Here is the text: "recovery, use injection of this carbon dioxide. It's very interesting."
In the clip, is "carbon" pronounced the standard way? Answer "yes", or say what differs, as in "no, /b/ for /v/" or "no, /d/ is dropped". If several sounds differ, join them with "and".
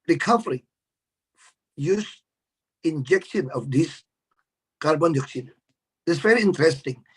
yes